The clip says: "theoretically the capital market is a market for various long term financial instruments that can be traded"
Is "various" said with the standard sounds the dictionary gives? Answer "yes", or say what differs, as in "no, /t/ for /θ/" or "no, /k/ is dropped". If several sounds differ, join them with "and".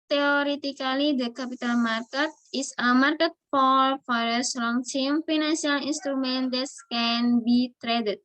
no, /f/ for /v/